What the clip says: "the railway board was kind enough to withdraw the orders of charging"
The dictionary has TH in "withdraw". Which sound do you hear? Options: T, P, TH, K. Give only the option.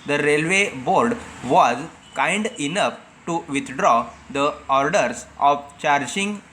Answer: T